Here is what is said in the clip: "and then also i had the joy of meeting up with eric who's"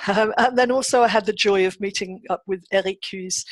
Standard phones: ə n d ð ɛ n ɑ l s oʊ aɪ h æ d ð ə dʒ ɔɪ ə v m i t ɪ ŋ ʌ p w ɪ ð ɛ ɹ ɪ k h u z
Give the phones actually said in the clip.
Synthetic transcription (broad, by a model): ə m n ð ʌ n ɑ l s oʊ aɪ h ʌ d ð ə dʒ ɔɪ ə v m i t ɪ ŋ ʌ p w ɪ ð ɛ ɹ ɪ k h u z